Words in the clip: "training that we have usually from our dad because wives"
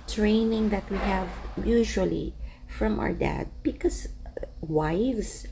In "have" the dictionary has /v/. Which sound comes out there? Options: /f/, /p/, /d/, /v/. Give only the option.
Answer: /v/